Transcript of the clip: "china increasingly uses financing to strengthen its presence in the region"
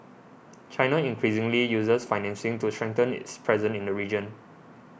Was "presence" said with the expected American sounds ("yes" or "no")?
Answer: no